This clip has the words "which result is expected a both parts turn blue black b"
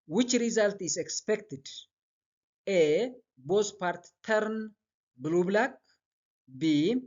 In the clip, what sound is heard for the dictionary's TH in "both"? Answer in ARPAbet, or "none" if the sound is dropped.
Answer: S